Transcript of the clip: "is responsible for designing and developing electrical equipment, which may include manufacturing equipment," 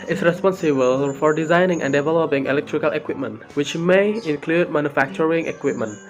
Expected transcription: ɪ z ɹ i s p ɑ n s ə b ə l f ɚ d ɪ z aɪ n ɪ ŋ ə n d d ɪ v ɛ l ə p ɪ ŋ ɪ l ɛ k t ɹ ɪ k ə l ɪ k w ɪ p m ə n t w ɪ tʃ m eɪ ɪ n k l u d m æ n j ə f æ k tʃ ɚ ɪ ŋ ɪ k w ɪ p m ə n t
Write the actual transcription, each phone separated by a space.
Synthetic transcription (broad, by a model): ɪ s ɹ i s p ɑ n s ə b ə l f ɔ d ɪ z aɪ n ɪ ŋ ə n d d ɪ v ɛ l ə p ɪ ŋ ɪ l ɛ k t ɹ ɪ k ə l ɪ k w ɪ p m ə n t w ɪ tʃ m eɪ ɪ n k l u d m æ n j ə f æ k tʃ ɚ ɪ ŋ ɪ k w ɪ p m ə n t